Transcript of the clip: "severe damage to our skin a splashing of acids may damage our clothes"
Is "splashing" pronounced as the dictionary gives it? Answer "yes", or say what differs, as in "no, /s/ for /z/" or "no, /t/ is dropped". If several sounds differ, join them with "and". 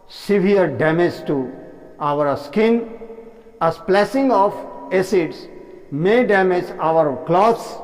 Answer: no, /s/ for /ʃ/